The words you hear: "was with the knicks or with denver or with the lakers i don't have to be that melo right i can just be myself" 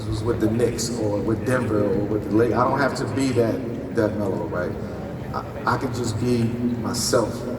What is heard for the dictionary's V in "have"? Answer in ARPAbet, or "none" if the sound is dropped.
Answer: F